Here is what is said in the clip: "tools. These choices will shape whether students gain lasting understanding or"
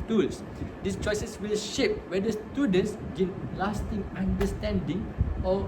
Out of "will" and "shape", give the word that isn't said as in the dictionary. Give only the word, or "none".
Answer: none